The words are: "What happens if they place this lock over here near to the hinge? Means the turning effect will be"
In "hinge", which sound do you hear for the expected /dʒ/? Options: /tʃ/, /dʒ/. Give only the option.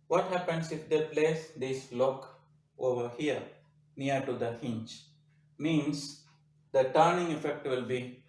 /tʃ/